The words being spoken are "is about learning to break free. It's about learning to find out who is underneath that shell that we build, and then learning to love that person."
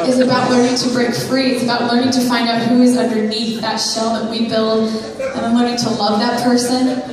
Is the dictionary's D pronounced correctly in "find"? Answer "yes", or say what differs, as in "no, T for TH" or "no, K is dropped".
yes